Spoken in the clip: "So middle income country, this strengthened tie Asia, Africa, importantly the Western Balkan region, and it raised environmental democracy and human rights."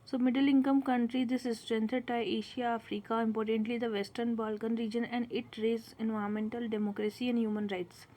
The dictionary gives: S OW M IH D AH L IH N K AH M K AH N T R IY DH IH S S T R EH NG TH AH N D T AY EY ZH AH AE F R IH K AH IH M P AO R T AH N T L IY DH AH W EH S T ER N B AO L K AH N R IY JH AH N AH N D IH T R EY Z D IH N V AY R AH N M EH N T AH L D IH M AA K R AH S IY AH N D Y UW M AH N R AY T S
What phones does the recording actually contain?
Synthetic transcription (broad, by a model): S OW M IH D AH L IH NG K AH M K AH N T R IY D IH S S T R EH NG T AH D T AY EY SH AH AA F R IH K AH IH M P AO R T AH N T L IY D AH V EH S T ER N B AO L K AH N R IY JH AH N AH N D IH T R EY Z IH N V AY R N M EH N T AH L D IH M AA K R AH S IY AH N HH Y UW M AH N R AY T S